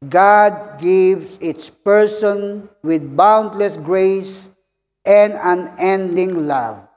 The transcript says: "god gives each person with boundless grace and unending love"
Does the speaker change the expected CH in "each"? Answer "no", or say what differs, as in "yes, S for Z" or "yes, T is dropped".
yes, S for CH